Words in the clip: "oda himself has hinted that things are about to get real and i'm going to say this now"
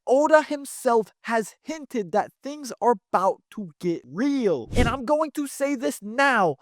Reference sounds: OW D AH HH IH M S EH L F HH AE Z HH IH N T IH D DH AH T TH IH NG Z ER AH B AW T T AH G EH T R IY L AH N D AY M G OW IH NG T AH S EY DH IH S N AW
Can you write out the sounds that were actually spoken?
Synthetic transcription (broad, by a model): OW D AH HH IH M S EH L F HH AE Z HH IH N T IH D DH AH T TH IH NG Z ER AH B AW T T AH G EH T R IY L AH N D AY M G OW IH NG T AH S EY DH IH S N AW